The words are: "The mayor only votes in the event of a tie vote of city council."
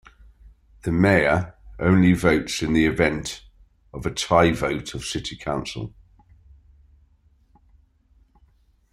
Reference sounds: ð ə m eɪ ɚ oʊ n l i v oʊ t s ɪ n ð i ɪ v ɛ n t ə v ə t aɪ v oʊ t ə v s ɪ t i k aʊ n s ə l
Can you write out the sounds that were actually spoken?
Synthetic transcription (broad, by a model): ð ə m eɪ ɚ oʊ n l i v oʊ t s ɪ n ð i ɪ v ɛ n t ə v ə t aɪ v oʊ t ə v s ɪ t i k aʊ n s ə l